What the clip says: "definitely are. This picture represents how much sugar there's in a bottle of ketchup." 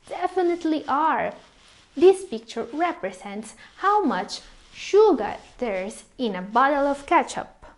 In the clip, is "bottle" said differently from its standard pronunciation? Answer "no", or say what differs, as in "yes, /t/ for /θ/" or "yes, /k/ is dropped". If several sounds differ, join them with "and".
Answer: no